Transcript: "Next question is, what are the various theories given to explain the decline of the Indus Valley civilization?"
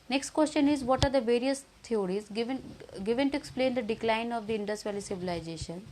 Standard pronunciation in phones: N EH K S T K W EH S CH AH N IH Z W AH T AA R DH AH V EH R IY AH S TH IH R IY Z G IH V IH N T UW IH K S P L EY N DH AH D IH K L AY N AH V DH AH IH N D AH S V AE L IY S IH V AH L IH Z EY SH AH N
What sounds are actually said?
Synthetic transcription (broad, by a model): N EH K S T K W EH S CH AH N IH Z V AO T AA R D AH V EH R IY AH S T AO R IY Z G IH V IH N T UW IH K S P L EY N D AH D IH K L AY N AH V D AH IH N D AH S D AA L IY S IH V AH L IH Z EY SH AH N